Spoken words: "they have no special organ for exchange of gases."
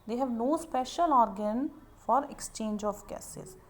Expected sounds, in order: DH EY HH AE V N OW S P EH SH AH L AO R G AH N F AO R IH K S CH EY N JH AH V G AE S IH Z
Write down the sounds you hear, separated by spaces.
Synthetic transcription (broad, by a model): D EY HH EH V N OW S P EH SH AH L AO R G AH N F AO R IH K S CH EY N JH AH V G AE S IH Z